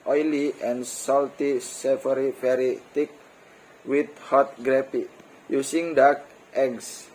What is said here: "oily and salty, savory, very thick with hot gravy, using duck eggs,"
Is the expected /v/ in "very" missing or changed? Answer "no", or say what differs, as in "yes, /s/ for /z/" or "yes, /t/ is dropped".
yes, /p/ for /v/